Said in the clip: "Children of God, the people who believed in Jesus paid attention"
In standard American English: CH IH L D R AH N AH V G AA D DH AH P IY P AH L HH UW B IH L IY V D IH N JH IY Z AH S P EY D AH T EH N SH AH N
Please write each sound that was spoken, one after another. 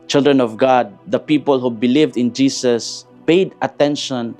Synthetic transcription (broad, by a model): CH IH L D R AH N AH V G AA D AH P IY P AH L HH UW B IH L IY V D IH N JH IY S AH S P EY D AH T EH N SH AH N